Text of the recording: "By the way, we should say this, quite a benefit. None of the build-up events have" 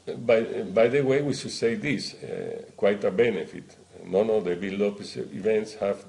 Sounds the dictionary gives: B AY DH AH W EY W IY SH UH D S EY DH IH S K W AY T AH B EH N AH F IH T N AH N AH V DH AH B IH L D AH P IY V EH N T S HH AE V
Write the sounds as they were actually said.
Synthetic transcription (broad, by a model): B AY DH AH W EY W IY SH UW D S EY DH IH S K W AY T AH B EH N AH F IH T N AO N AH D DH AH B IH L AO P IY V EH N T S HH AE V